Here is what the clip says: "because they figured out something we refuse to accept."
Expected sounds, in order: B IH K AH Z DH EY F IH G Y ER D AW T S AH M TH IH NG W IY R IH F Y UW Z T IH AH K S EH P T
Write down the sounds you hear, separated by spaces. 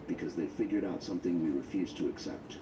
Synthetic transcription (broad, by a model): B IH K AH Z DH EY F IH G Y ER D AW T S AH M TH IH NG W IY R IH F Y UW Z T IH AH K S EH P T